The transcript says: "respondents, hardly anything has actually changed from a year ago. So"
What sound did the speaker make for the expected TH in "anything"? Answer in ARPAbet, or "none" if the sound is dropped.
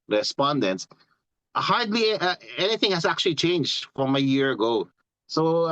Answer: TH